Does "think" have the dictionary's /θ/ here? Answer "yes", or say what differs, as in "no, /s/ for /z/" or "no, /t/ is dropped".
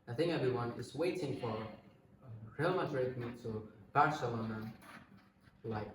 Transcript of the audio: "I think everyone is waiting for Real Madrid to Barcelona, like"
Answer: yes